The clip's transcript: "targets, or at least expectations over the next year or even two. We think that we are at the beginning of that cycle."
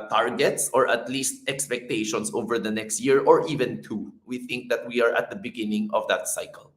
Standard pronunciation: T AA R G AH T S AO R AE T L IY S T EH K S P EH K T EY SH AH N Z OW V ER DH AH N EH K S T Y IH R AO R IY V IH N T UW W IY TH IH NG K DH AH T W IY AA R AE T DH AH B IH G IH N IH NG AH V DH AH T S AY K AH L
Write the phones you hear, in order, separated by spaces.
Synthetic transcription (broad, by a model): T AA R G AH T S AO R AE T L IY S T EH K S P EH K T EY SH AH N S OW V ER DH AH N EH K S T Y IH R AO R IY V IH N T UW W IY TH IH NG K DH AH T W IY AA R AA T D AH B IH G IH N IH NG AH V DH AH T S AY K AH L